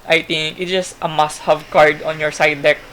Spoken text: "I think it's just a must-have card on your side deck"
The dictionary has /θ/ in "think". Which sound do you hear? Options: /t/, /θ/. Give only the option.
/t/